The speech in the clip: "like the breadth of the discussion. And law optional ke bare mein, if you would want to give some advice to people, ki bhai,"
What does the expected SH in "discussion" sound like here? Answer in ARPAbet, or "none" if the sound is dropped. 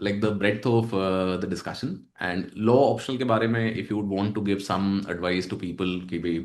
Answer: SH